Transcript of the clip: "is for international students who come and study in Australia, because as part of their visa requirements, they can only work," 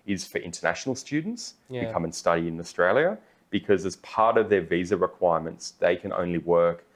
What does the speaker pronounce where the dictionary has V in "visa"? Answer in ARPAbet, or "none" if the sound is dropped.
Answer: V